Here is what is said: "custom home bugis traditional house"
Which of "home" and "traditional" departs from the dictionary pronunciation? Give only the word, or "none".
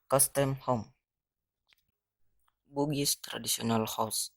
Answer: traditional